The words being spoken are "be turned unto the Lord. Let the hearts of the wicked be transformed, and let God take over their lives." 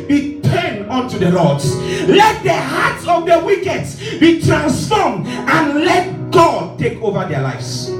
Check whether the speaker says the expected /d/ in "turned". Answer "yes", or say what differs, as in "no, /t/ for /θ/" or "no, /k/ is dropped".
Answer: no, /d/ is dropped